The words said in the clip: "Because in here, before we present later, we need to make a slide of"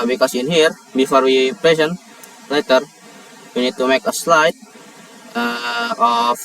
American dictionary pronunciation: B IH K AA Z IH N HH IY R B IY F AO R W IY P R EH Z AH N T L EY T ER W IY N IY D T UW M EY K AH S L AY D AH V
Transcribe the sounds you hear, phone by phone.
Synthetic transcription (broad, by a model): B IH K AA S IH N HH IY R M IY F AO R W IY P L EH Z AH N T L EY T ER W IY N IY D T UW M EY K AH S L AY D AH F